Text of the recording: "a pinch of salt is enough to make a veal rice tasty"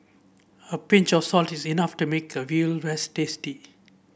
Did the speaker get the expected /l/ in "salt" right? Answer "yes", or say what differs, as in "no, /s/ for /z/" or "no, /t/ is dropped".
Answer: yes